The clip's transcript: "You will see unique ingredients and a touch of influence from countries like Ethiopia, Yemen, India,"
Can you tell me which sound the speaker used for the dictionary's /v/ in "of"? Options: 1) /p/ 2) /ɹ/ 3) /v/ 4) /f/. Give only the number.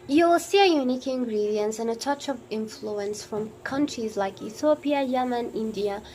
3